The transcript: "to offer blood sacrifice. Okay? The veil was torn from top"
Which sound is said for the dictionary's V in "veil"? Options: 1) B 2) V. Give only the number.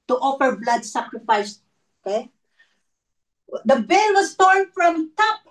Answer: 1